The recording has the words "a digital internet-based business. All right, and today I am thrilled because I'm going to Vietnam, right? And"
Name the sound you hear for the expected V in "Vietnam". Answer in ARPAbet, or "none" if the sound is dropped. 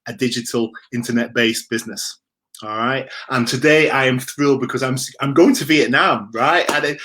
B